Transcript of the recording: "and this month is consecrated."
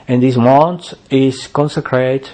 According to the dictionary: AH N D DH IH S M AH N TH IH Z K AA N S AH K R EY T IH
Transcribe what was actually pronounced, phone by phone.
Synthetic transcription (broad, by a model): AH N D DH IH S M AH N T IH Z K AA N S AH K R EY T